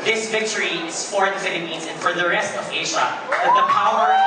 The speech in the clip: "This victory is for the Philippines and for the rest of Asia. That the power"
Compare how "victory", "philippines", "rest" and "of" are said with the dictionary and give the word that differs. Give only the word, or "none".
none